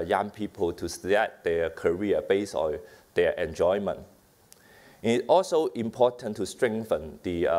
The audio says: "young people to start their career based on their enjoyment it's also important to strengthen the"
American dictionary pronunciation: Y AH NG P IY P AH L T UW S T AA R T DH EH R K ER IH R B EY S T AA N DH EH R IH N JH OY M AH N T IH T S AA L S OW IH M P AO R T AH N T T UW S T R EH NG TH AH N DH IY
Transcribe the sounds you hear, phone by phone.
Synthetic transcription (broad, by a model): Y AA NG P IY P AH L T UW S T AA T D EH K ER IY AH B EY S AA N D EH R IH N JH OY M AH N T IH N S AA L S OW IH M P AO T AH N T T UW S T R EH NG TH AH N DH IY